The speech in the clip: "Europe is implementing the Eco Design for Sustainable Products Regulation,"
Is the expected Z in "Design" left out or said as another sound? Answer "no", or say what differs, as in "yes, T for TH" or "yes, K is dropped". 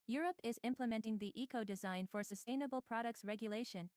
no